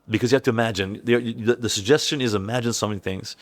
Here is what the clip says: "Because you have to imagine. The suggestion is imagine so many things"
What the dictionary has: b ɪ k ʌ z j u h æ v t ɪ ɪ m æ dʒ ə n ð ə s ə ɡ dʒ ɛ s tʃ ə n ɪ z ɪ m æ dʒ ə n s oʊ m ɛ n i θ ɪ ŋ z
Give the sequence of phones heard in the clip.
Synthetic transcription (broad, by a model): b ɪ k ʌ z j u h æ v t ɪ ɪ m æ dʒ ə n ð ə s ə ɡ dʒ ɛ s tʃ ə n ɪ z ɪ m æ dʒ ə n s oʊ m ɛ n i θ ɪ ŋ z